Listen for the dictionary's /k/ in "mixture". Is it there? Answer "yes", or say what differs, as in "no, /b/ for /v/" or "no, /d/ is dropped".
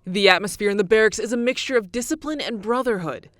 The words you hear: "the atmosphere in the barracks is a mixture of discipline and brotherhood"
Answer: yes